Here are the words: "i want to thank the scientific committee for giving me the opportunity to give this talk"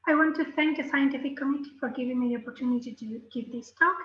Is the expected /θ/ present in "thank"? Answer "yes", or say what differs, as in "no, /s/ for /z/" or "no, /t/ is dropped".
yes